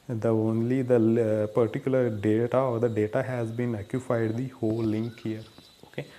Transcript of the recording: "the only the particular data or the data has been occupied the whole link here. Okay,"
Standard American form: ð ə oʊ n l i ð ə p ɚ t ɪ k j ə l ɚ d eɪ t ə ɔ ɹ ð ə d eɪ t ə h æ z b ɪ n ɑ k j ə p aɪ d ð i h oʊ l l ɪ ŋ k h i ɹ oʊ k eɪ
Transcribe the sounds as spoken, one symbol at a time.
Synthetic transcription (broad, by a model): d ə oʊ n l i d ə p ɚ t ɪ k j ə l ɚ d eɪ t ə ɔ ɹ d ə d eɪ t ə h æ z b ɪ n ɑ k j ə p aɪ d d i h oʊ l l ɪ ŋ k h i ɹ oʊ k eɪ